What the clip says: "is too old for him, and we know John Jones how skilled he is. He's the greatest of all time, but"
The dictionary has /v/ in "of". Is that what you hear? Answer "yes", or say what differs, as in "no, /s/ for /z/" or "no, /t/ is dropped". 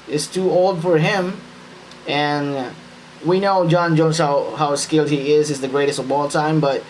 no, /b/ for /v/